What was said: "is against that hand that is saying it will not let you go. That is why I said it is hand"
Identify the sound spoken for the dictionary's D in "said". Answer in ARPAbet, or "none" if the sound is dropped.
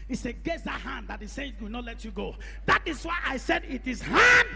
D